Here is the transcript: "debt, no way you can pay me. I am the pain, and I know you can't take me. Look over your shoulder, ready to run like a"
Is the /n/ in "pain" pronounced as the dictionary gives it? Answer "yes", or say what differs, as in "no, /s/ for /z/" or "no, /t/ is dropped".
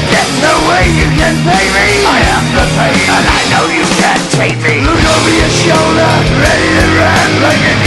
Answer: no, /n/ is dropped